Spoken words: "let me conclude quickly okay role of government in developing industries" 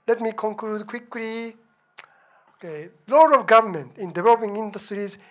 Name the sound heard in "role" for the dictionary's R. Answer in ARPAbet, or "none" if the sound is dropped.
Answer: L